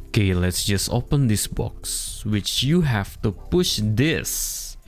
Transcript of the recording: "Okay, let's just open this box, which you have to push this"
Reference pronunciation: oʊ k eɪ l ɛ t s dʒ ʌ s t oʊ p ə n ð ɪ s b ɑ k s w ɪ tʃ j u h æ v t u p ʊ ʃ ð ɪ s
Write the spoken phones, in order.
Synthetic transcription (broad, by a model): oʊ k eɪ l ɛ t s dʒ ʌ s t oʊ p ə n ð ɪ s b ɑ k s w ɪ tʃ j u h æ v t u p ʊ ʃ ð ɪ s